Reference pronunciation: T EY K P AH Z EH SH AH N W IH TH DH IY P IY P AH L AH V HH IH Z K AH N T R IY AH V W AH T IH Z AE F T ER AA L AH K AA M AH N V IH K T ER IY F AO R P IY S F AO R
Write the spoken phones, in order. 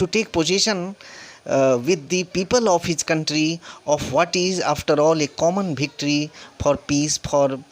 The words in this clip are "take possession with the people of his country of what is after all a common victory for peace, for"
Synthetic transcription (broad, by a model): T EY K P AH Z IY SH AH N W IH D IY P IY P AH L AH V HH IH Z K AH N T R IY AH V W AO T IH Z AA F T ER AA L AH K AA M AH N B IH K T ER IY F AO R P IY S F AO R